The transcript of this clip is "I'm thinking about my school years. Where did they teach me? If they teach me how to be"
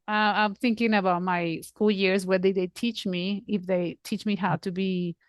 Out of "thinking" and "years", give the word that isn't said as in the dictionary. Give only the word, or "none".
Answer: none